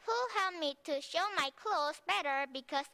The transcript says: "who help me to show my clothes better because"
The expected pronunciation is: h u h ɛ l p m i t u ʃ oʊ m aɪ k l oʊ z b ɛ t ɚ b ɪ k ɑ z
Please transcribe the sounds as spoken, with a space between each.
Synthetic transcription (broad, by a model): h u h ɛ l p m i t u ʃ oʊ m aɪ k l oʊ s b ɛ t ɚ b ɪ k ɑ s